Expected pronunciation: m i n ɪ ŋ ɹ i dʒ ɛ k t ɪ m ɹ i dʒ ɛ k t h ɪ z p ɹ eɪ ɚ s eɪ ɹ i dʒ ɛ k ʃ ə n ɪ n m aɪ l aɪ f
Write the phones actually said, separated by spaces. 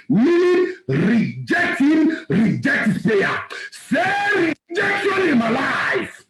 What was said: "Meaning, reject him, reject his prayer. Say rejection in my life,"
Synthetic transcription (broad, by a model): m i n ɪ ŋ ɹ i dʒ ɛ k t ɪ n ɹ i dʒ ɛ k t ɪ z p eɪ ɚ s eɪ ɹ i dʒ ɛ k ʃ ə n ɪ n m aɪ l aɪ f